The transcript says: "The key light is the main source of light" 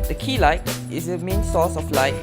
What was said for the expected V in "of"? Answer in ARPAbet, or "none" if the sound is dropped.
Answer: F